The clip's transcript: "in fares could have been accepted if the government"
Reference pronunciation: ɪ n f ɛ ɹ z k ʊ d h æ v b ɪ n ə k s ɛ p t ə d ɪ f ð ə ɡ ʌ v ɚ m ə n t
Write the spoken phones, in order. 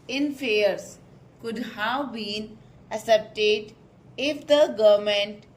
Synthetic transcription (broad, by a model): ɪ n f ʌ ɹ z k ʊ d h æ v b ɪ n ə s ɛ p t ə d ɪ f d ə ɡ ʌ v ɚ m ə n t